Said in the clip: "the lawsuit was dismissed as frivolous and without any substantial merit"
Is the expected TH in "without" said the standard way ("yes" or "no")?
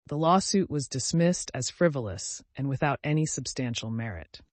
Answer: yes